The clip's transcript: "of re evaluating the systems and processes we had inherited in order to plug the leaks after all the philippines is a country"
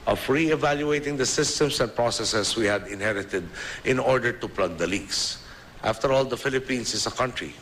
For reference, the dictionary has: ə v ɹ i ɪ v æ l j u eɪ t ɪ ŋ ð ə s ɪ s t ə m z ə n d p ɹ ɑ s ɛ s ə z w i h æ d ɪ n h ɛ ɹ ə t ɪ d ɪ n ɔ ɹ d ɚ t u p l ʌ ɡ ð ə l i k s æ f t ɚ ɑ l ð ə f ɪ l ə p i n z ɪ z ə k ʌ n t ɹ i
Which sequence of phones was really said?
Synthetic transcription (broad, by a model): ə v ɹ i ɪ v æ l j u eɪ t ɪ ŋ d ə s ɪ s t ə m s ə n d p ɹ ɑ s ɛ s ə s w i h æ d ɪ n h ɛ ɹ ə t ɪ d ɪ n ɔ ɹ d ɚ t u p l ʌ ɡ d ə l i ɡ s æ f t ɚ ɑ l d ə f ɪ l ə p i n s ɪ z ə k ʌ n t ɹ i